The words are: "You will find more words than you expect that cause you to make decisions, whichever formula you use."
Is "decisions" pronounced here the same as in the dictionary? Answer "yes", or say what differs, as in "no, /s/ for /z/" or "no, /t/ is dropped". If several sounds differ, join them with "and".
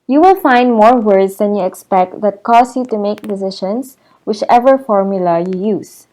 no, /ʃ/ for /ʒ/ and /s/ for /z/